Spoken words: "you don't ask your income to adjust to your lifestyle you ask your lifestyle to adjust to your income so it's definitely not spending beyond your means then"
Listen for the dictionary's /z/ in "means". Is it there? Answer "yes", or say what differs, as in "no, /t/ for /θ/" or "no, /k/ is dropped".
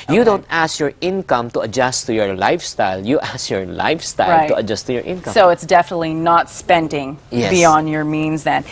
yes